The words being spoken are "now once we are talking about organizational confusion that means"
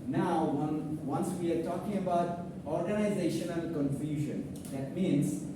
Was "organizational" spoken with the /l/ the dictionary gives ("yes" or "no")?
no